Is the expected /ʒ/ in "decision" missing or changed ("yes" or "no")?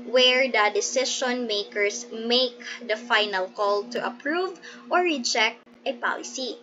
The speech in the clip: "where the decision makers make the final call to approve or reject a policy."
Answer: yes